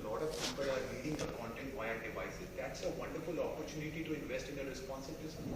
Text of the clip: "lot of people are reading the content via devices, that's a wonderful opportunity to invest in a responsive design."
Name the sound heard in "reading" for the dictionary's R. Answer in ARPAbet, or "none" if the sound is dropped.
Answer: L